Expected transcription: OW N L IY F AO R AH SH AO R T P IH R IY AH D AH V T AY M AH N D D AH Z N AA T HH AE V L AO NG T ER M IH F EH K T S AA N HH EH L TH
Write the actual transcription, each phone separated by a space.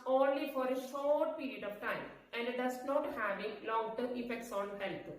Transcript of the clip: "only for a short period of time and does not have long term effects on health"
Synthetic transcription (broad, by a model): OW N L IY F AO R AH SH AO R T P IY R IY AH D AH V T AY M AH N D D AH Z N AA T HH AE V L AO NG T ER IH F EH K T S AA N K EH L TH